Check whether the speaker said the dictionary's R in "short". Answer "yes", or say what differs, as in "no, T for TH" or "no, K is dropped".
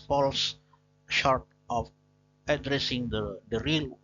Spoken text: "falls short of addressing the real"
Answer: yes